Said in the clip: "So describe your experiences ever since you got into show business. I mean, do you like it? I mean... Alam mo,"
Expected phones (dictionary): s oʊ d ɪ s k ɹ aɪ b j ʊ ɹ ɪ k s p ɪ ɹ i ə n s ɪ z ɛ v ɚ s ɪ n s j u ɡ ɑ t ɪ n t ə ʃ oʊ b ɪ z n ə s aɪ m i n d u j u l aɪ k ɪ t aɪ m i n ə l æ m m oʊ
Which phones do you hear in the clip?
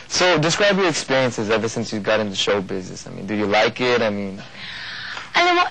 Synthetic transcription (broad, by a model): s oʊ d ɪ s k ɹ aɪ b j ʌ ɹ ɪ k s p ɪ ɹ i ə n s ɪ z ɛ v ɚ s ɪ n s j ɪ ɡ ɑ t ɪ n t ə ʃ oʊ b ɪ z n ə s aɪ m i n d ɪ j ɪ l aɪ k ɪ t aɪ m i n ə ɪ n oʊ